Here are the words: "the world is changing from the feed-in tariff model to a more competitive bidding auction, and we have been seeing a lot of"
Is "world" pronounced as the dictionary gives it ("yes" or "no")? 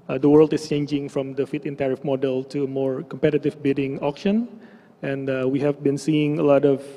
yes